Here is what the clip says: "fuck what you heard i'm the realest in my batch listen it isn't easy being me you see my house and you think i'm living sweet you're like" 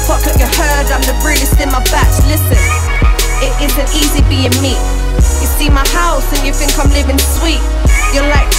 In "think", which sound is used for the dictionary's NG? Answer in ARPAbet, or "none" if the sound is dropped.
NG